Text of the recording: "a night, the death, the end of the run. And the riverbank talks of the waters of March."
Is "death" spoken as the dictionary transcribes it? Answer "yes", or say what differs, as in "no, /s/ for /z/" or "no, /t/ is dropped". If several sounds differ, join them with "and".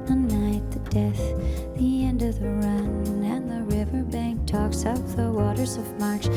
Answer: yes